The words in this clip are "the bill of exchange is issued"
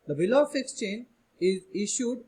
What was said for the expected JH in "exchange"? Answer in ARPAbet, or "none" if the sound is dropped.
none